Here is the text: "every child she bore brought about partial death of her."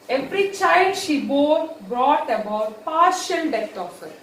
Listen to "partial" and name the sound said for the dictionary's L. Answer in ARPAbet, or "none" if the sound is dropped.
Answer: N